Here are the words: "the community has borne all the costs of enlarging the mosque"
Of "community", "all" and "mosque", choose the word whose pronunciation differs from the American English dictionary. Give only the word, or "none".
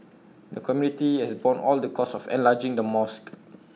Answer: none